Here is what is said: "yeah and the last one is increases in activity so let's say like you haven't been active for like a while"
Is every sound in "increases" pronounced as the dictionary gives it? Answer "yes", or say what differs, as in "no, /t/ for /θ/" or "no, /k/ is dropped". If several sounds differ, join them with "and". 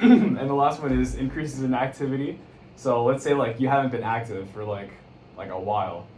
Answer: yes